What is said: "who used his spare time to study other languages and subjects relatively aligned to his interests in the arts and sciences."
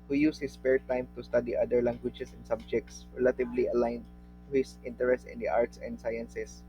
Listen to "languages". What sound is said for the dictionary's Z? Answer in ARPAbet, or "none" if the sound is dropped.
S